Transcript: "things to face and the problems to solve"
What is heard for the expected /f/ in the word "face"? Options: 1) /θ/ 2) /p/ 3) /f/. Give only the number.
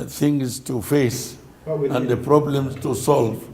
3